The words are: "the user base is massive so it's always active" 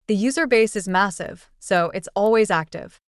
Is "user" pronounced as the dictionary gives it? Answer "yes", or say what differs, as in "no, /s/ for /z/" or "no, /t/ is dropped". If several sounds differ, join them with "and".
yes